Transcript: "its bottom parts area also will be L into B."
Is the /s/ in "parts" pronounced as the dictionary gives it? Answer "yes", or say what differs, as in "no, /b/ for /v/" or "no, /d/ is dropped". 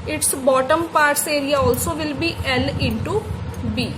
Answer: yes